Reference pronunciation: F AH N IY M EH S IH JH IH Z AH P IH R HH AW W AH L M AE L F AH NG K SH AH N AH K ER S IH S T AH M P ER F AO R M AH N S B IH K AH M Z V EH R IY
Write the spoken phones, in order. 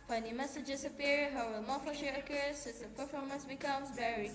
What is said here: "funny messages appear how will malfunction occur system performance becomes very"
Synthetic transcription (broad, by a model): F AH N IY M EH S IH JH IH S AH P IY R HH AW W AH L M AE F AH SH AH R AH K ER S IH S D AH P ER F AO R M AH N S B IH K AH M S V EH R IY